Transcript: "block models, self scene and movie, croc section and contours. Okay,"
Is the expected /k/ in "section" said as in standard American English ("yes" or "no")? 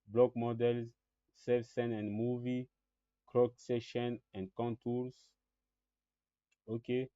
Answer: no